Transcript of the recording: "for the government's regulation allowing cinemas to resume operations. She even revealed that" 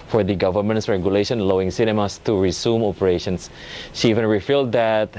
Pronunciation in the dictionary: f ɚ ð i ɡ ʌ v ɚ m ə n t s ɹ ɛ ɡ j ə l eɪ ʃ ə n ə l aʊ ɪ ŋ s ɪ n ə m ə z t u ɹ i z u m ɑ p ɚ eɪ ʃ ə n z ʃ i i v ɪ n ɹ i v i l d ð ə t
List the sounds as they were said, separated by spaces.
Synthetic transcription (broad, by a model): f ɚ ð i ɡ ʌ v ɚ m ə n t s ɹ ɛ ɡ j ə l eɪ ʃ ə n l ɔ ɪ ŋ s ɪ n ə m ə s t u ɹ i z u m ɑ p ɚ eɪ ʃ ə n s ʃ i i v ɪ n ɹ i f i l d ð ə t